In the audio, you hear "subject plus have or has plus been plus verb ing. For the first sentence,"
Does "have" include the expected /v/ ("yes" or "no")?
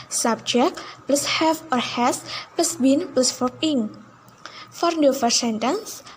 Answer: no